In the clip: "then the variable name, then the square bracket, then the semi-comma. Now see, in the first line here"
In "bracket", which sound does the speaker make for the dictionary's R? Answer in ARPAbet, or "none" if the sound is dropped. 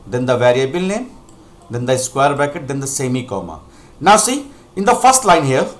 none